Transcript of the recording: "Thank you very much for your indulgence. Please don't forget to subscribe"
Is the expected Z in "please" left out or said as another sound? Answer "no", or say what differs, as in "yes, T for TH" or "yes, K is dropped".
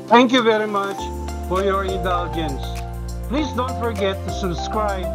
no